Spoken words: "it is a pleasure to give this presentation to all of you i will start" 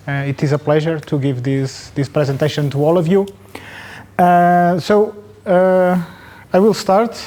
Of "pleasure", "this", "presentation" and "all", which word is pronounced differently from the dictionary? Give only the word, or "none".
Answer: none